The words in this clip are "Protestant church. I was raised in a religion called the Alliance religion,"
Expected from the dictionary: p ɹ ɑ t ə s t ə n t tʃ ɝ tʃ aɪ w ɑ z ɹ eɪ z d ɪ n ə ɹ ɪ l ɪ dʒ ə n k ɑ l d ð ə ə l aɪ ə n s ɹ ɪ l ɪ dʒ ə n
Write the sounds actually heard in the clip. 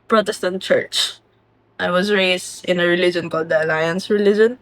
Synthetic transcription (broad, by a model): p ɹ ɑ t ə s t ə n t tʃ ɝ tʃ aɪ w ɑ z ɹ eɪ s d ɪ n ə ɹ ɪ l ɪ dʒ ə n k ɑ l d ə ə l aɪ ə n s ɹ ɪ l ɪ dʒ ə n